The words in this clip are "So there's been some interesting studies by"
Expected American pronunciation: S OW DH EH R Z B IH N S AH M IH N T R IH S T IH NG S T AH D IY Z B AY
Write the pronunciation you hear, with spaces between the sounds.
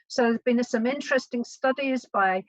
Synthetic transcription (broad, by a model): S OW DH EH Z B IH N S AH M IH N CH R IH S T IH NG S T AH D IY Z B AY